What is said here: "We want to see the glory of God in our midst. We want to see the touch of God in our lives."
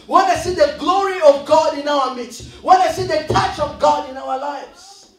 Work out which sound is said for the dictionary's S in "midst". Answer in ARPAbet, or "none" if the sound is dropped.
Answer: none